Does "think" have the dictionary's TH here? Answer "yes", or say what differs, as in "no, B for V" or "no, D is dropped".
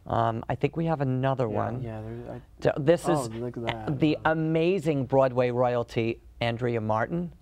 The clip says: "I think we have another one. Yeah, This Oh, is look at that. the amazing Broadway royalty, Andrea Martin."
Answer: yes